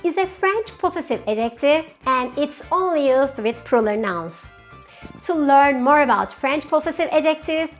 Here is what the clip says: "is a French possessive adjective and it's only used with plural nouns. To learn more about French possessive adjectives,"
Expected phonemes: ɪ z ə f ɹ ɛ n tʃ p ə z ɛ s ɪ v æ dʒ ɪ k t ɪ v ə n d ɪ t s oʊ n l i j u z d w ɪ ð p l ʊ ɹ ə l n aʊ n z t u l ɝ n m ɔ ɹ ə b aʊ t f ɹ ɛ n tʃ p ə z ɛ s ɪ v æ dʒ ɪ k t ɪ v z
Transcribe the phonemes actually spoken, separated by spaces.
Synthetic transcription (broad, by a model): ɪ z ə f ɹ ɛ n tʃ p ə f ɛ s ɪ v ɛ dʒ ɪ k t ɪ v ə n d ɪ t s oʊ n l i j u z d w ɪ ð p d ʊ l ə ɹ n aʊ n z t u l ɝ n m ɔ ɹ ə b aʊ t f ɹ ɛ n tʃ p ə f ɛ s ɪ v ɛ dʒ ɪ k t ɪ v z